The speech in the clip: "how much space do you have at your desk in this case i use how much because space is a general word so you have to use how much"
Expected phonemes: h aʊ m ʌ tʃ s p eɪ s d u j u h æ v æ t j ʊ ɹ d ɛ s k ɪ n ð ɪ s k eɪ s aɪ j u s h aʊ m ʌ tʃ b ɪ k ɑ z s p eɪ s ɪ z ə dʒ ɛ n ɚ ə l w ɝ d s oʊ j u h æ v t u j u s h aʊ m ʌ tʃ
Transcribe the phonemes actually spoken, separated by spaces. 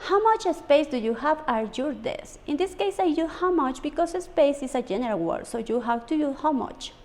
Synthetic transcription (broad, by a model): h aʊ m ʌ tʃ s p eɪ s d u j u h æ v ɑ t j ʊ ɹ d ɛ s ɪ n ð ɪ s k eɪ s aɪ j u h aʊ m ʌ tʃ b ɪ k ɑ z s p eɪ s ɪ s ə dʒ ɛ n ɚ ə l w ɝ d s oʊ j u h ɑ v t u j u h aʊ m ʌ tʃ